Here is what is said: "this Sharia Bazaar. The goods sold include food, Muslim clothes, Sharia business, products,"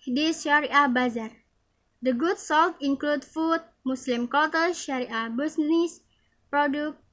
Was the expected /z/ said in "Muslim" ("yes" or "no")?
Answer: no